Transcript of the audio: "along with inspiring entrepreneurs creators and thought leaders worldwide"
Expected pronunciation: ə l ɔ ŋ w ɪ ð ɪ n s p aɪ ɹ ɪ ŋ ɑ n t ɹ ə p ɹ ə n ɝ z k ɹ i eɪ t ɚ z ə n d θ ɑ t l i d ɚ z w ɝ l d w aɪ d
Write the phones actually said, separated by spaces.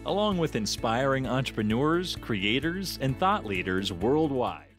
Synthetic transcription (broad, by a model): ə l ɔ ŋ w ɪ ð ɪ n s p aɪ ɹ ɪ ŋ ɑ n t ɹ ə p ɹ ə n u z k ɹ i eɪ t ɚ z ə n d θ ɑ t l i d ɚ z w ɝ l d w aɪ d